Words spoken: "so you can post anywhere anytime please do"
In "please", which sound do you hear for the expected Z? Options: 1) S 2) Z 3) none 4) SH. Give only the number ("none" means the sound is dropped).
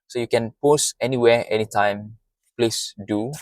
1